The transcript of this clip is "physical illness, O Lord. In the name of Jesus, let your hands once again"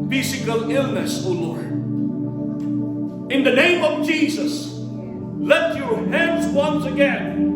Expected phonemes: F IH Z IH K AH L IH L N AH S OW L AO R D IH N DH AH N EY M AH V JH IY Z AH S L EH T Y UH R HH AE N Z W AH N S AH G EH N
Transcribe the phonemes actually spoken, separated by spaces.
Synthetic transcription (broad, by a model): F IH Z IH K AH L IH L N AH S OW L AO R D IH N DH AH N EY M AH V JH IY Z AH S L EH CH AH R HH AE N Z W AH N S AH G EH N